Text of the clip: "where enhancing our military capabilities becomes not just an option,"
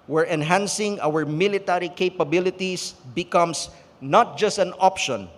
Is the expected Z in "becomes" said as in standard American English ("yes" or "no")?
no